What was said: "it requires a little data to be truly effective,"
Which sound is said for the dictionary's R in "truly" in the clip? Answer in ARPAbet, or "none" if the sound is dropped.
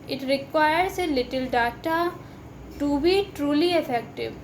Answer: R